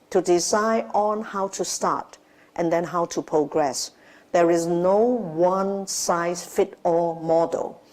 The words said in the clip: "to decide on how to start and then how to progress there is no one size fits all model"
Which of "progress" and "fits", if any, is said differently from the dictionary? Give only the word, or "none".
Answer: fits